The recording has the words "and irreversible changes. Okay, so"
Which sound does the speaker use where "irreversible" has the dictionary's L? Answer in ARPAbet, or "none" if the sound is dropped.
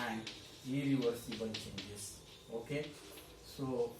N